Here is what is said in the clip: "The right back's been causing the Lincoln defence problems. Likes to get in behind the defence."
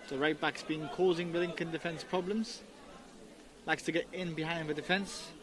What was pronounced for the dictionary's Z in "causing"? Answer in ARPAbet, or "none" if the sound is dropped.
Z